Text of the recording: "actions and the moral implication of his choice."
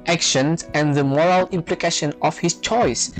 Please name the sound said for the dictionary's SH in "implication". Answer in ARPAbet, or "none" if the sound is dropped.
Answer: SH